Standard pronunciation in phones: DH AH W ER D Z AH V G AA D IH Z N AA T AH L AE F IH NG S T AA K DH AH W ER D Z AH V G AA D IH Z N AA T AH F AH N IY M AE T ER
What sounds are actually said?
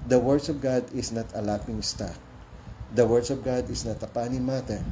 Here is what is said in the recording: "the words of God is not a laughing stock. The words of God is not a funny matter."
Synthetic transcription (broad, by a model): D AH W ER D S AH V G AA D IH S N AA T AH L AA P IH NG S T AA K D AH W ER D S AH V G AA D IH S N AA T AH P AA N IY M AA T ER